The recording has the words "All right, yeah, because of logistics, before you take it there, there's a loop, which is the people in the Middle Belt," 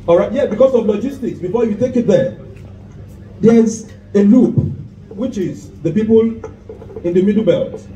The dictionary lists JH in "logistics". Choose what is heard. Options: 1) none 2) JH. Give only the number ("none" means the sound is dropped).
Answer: 2